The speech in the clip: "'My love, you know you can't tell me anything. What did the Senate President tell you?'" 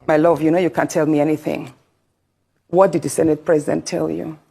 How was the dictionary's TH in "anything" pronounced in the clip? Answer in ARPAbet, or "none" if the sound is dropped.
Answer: TH